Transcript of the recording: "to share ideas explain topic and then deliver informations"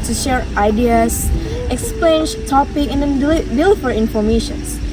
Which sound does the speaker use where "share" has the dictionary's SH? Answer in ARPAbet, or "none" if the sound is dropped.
SH